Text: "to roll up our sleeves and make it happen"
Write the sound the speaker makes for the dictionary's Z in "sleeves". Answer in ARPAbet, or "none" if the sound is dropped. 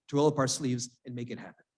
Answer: Z